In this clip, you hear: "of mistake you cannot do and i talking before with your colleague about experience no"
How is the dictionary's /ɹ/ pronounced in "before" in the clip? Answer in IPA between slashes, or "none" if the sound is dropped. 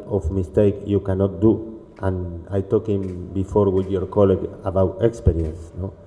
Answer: /ɹ/